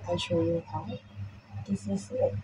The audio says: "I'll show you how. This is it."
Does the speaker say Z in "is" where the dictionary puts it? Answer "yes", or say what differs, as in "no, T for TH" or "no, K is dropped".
no, S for Z